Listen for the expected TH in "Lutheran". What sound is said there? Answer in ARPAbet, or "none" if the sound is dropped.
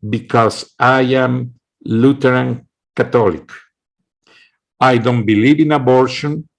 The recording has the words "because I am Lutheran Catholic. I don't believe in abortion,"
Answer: T